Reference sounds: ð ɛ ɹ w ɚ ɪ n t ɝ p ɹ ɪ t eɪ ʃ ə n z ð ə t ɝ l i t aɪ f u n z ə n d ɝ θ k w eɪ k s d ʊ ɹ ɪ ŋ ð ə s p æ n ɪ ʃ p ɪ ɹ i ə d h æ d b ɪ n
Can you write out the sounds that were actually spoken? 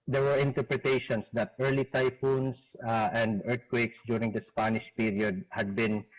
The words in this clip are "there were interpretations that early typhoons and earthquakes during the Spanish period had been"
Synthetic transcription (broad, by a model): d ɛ ɹ w ɚ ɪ n t ɝ p ɹ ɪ t eɪ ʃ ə n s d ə t ɝ l i t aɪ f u n s ə n d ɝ t k w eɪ k s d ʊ ɹ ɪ ŋ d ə s p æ n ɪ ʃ p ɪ ɹ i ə d h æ d b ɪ n